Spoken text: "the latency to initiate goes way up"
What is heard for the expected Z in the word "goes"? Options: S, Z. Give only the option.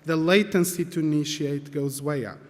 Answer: Z